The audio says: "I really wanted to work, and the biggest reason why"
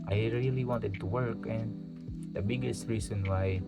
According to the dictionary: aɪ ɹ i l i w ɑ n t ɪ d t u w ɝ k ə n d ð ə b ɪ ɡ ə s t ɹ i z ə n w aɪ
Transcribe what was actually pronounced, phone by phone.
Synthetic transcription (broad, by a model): aɪ ɹ i l i w ɑ n t ɪ d t u w ɝ k ə n d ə b ɪ ɡ ə s t ɹ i s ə n w aɪ